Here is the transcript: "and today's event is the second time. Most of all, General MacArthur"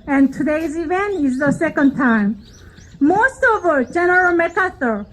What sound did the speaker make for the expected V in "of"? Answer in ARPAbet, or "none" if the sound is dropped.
V